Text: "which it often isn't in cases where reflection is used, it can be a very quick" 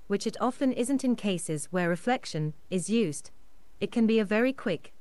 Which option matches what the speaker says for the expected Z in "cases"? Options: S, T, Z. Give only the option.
Z